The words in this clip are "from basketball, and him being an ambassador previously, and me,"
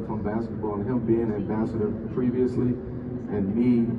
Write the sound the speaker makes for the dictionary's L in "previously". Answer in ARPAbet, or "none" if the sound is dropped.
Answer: L